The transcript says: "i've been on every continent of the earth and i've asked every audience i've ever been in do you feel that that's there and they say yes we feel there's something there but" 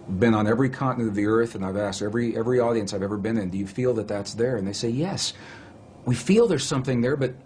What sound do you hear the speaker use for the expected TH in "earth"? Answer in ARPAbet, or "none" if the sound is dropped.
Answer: TH